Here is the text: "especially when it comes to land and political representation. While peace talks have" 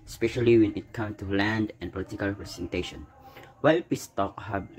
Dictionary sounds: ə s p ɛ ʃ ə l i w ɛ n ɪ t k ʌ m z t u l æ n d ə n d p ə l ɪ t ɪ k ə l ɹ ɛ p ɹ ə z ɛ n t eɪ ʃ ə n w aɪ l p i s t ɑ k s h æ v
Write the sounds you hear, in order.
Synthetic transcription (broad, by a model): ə s p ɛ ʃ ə l i w ɛ n ɪ t k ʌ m t u l æ n d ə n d p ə l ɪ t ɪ k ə l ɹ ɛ p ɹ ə s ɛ n t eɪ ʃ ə n w aɪ l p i s t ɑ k h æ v